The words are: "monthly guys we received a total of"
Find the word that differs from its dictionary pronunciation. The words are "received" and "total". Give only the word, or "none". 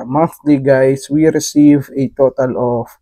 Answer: received